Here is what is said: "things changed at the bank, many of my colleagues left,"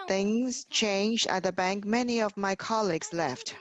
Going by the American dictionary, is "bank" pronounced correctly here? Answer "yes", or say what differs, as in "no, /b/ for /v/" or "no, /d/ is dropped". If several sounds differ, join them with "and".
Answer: yes